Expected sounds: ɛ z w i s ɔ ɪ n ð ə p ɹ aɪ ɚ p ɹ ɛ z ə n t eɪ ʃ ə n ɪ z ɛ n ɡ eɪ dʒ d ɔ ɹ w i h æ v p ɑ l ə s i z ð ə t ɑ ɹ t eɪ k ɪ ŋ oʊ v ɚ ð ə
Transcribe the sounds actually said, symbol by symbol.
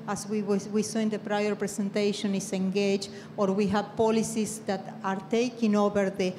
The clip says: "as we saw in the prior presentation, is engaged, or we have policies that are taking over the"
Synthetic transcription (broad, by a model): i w w i s ɔ ɪ n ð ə p ɹ aɪ ɚ p ɹ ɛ s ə n t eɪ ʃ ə n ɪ s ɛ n ɡ eɪ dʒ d ɔ ɹ w i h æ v p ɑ l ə s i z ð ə t ɑ ɹ t eɪ k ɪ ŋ oʊ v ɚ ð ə